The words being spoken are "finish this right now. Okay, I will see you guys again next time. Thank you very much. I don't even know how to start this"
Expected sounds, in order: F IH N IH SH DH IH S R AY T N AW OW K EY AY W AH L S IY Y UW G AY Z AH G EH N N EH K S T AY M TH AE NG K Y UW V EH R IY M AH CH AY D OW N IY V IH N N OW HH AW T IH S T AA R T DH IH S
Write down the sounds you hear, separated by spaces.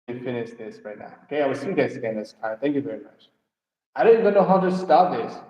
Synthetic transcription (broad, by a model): F IH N IH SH DH IH S R AY T N AW OW K EY AY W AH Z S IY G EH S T S AH G EH N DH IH S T AY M TH AE NG K Y UW V EH R IY M AH CH AY D OW N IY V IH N N OW HH AW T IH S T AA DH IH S